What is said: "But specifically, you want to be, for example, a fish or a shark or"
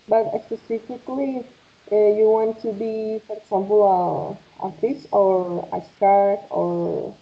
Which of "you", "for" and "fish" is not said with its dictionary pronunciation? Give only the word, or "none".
fish